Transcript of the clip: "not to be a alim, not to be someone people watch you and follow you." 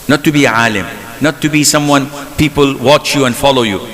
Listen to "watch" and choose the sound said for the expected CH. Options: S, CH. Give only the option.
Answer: CH